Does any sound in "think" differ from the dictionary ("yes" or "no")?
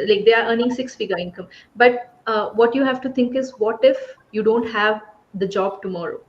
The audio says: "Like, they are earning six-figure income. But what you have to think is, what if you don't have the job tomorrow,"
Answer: yes